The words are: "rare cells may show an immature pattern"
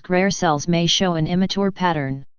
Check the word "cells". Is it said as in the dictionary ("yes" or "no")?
yes